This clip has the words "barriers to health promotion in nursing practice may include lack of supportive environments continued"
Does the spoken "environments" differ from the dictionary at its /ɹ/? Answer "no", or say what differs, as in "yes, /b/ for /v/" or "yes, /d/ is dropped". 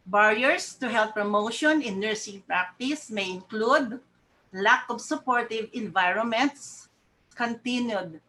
no